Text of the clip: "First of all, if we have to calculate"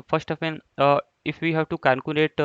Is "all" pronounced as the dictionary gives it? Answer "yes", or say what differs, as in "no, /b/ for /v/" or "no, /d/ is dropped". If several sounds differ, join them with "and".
no, /n/ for /l/